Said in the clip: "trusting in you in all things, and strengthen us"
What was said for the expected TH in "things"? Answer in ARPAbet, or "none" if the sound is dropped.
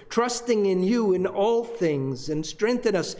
TH